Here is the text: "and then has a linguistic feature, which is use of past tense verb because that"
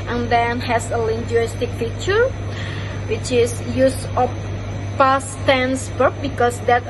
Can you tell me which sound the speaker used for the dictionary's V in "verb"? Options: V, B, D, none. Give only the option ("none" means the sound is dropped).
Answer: B